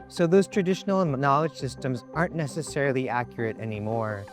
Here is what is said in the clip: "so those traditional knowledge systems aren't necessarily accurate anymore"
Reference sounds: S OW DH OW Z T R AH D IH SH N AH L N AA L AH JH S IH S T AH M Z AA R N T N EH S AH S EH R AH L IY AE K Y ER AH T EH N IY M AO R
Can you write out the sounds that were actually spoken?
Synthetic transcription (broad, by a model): S OW DH OW Z T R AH D IH SH N L N AA L AH JH S IH S T AH M Z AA R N N EH S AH S EH R L IY AE K Y ER AH T EH N IY M AO R